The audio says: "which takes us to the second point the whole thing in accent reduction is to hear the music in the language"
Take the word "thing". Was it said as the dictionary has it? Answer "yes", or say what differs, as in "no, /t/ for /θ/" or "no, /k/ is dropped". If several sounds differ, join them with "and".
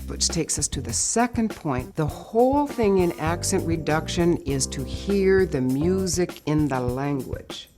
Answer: yes